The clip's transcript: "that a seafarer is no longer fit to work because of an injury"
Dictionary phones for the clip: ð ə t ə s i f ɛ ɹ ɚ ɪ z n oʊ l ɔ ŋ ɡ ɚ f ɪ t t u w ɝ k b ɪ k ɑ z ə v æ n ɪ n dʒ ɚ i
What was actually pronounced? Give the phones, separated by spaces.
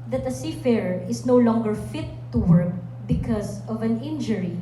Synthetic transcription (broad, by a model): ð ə t ə s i f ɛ ɹ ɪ s n oʊ l ɔ ŋ ɡ ɚ f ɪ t t u w ɝ k b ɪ k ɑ s ə v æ n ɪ n dʒ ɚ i